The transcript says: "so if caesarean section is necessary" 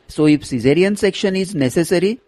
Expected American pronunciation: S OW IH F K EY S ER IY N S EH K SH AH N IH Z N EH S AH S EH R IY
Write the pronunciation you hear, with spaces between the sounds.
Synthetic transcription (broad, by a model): S OW IH F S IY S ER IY N S EH K SH AH N IH Z N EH S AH S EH R IY